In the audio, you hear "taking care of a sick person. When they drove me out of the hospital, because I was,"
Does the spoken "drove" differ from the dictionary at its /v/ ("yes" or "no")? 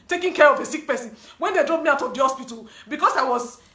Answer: yes